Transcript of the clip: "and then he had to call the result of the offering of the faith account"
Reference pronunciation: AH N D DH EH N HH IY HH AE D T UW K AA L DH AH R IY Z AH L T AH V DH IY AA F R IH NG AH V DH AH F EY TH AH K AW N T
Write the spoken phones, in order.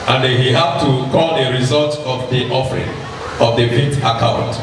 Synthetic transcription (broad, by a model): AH N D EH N HH IY HH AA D T UW K AA L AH R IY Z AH L T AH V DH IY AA F R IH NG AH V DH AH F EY T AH K AW N T